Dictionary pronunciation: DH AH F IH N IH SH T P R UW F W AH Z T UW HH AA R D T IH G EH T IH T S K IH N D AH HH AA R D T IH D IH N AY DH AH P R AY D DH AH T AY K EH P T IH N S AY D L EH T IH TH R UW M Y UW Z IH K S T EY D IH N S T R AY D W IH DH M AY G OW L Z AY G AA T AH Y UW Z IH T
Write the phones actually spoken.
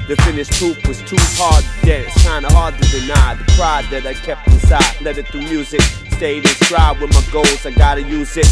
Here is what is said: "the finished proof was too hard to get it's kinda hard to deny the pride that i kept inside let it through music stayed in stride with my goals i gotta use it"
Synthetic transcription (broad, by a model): DH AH F IH N IH SH T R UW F W AH Z T UW HH AA R D T IH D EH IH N S K IH N D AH HH AA R D T IH D IH N AY DH AH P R AY D DH AH T AY K EH P T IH S AY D L EH T IH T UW Y UW Z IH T S T EY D IH N S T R AY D W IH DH M AY G OW L Z AY G AA T AH Y UW Z IH T